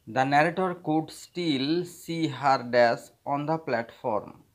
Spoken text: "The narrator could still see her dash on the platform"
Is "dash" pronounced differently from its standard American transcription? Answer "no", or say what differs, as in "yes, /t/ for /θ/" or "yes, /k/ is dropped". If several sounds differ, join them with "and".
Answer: yes, /s/ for /ʃ/